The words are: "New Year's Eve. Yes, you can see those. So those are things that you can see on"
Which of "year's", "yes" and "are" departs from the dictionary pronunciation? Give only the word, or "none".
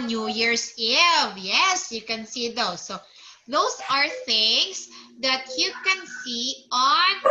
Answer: year's